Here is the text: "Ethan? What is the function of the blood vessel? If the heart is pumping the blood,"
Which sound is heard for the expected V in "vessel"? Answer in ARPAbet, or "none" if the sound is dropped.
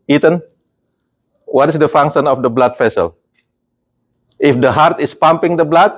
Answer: F